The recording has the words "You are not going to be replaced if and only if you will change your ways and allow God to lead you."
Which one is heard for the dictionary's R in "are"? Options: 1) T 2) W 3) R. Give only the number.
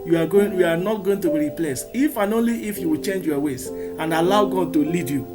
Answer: 2